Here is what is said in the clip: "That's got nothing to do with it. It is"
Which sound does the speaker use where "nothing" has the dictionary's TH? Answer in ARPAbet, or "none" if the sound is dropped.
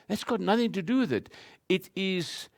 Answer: TH